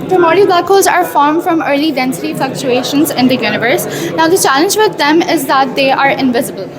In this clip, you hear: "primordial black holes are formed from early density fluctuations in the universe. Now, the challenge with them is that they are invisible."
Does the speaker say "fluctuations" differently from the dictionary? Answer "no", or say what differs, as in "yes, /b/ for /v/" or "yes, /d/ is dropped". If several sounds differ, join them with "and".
no